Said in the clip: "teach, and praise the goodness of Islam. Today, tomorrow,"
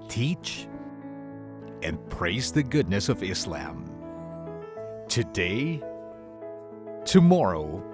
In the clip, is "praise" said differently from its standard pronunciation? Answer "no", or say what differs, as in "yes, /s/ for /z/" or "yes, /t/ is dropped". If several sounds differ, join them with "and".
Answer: no